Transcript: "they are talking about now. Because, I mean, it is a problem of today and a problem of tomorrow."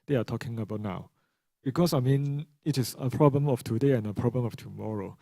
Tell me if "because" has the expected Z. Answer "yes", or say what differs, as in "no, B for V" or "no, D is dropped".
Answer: no, S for Z